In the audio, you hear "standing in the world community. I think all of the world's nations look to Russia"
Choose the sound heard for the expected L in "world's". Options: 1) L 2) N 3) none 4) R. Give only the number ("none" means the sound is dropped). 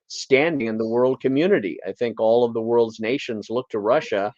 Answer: 1